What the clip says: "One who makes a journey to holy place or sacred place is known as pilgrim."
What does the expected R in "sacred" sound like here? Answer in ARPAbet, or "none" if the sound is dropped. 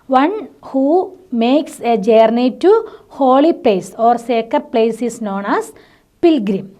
none